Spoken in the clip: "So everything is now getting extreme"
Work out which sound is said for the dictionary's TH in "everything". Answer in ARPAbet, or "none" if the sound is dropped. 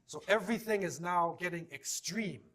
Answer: TH